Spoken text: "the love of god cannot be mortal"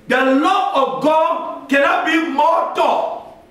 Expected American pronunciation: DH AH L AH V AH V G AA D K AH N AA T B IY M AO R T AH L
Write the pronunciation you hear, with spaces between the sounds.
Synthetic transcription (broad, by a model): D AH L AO AH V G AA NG K AH N AA T B IY M AO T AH